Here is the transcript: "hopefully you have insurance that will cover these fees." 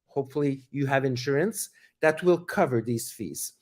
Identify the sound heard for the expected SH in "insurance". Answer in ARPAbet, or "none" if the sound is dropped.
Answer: SH